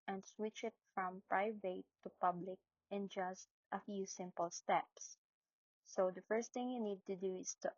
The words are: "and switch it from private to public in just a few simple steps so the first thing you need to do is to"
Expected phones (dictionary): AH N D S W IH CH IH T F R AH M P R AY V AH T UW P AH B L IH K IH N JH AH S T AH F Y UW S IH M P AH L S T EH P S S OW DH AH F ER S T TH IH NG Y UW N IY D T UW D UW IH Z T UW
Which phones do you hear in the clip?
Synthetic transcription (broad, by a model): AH N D S W IH CH IH T F R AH M P R AY V AH T UW P AH B L IH K IH N JH AH S T AH F Y UW S IH M P AH L S T EH P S S OW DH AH F ER S T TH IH NG Y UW N IY D T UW D UW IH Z T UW